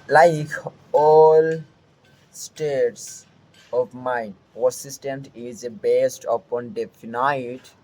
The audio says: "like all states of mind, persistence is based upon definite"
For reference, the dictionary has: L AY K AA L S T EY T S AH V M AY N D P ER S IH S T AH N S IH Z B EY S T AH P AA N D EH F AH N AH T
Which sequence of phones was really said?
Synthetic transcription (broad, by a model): L AY K AA L S T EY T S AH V M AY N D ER S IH S T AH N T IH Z B EY S T AH P AA N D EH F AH N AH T